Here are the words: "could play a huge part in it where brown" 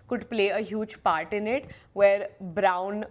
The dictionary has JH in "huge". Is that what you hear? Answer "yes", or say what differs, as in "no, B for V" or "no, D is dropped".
yes